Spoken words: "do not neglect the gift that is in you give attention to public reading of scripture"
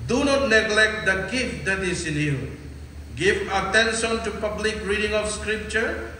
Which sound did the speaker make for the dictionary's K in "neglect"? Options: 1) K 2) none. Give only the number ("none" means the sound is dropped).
1